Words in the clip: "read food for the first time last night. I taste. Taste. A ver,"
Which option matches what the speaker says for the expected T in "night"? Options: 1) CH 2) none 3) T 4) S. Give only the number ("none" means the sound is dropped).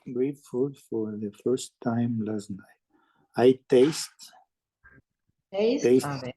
2